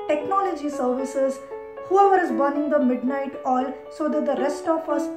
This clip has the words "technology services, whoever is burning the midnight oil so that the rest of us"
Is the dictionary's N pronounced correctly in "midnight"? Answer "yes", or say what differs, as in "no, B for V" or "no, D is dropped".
yes